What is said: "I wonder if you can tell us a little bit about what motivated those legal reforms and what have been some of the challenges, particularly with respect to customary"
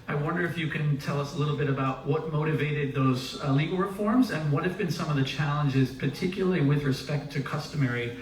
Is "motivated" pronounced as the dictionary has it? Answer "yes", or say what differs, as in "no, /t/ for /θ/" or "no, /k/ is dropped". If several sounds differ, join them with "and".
yes